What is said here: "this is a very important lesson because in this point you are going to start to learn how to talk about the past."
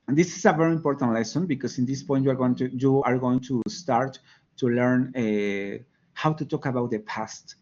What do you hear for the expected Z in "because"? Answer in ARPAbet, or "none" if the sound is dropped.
S